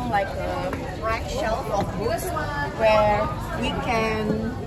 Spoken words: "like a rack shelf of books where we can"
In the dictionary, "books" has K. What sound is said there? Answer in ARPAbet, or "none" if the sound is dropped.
none